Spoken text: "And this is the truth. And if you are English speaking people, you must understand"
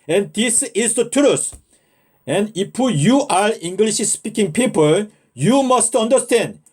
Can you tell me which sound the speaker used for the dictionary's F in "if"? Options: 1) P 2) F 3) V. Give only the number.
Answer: 1